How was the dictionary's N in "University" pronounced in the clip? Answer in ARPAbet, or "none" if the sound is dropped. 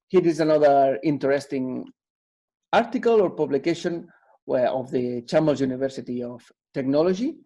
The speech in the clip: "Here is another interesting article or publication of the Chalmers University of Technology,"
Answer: N